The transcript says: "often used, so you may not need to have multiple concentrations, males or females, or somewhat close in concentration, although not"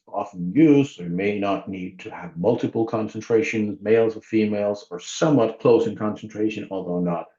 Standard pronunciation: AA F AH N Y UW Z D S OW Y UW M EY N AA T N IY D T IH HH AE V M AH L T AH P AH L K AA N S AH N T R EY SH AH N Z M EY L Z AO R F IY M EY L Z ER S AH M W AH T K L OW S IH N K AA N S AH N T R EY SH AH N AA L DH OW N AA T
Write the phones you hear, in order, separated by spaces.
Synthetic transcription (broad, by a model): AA F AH N Y UW Z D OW M EY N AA T N IY D T IH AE V M AH L T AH P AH L K AA N S AH N T R EY SH AH N Z M EY L Z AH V F IY M EY L Z ER S AH M W AH T K L OW S IH N K AA N S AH N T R EY SH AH N AA L DH OW N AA T